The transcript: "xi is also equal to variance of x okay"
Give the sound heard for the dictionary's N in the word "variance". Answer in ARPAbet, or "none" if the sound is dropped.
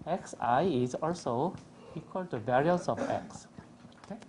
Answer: none